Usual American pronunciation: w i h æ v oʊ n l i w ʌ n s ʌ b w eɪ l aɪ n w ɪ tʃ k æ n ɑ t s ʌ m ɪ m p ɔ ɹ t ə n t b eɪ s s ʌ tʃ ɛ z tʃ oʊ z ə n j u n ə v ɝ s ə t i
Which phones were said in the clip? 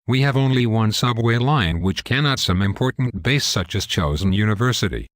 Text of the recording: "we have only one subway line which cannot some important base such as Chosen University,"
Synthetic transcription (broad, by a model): w i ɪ v oʊ n l i w ʌ n s ʌ b w eɪ l aɪ n w ɪ tʃ k æ n ɑ t s ʌ m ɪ m p ɔ ɹ t n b eɪ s s ʌ tʃ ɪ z tʃ oʊ z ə n j u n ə v ɝ s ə t i